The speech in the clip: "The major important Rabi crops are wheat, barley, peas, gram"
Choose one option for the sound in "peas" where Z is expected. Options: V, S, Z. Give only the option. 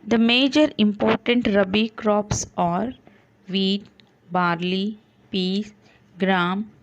S